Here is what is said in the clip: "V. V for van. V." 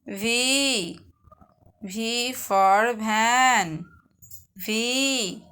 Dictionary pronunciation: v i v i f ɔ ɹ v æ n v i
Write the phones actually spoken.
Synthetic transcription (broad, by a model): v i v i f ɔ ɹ b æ n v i